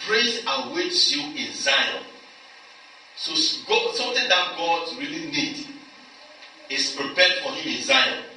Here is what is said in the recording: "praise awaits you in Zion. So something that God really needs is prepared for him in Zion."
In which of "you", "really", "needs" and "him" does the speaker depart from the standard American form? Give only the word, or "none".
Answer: needs